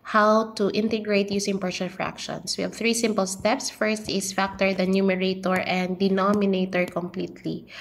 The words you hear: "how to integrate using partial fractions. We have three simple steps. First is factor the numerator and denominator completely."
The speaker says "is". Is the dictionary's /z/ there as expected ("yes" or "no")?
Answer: no